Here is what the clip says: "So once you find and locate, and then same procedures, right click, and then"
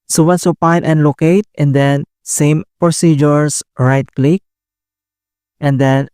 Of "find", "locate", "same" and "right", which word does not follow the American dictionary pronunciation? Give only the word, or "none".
find